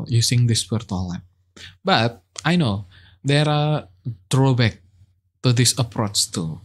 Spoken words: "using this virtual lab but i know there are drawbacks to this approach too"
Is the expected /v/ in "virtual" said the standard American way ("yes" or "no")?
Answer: no